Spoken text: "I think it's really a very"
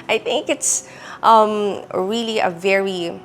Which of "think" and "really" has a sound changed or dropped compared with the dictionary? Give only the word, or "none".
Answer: none